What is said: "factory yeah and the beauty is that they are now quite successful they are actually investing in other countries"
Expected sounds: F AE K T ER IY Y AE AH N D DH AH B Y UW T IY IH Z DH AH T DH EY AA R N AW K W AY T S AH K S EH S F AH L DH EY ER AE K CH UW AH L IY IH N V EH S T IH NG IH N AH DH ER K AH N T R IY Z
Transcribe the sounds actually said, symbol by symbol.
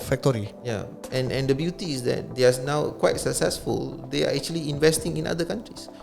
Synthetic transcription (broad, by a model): F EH K T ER IY Y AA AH N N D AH B Y UW T IY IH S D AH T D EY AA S N AW K W AY T S AH K S EH S F AH L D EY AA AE K CH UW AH L IY IH N V EH S T IH NG IH N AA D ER K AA N T R IY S